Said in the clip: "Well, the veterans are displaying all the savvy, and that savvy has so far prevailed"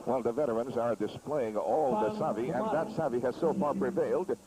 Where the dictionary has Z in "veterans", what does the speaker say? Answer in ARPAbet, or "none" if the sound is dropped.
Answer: Z